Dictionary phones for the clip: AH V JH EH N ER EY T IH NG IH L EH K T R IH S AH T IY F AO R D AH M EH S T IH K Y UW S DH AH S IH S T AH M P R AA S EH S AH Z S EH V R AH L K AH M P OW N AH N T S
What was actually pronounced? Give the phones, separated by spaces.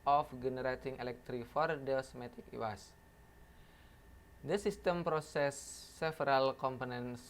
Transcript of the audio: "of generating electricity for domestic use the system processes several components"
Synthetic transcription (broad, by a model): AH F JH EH N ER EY T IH NG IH L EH K T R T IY F AO R D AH M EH T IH K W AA S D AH S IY S T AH M P R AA S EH S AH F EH R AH L K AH M P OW N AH N S